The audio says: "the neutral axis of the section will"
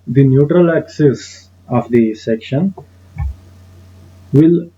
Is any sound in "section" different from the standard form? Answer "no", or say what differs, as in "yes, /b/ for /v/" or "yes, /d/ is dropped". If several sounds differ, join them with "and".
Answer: no